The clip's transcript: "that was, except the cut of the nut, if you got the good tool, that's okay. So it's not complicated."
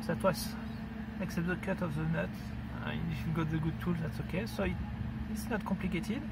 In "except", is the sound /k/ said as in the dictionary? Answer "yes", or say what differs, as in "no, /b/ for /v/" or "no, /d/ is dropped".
yes